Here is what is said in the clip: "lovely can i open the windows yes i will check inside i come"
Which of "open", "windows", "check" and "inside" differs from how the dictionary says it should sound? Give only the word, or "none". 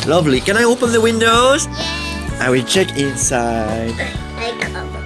inside